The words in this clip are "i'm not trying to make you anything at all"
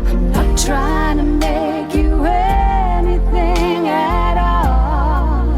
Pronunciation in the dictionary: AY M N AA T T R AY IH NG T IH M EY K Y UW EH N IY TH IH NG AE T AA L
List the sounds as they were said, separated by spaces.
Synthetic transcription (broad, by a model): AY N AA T T R AY IH NG T IH M EY K Y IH EH N IY TH IH NG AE T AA L